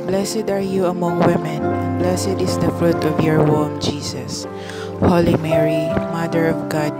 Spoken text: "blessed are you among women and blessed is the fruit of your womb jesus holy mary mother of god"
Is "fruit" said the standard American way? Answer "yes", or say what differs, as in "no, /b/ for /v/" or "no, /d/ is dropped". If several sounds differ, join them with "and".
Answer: yes